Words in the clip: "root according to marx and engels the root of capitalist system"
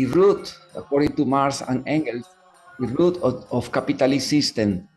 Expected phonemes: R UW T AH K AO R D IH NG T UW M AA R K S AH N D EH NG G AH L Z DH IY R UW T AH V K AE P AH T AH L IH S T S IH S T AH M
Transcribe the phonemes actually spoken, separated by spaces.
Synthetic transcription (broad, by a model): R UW T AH K AO R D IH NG T UW M AA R S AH N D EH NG G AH L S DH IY R UW T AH F K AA P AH T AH L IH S S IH S T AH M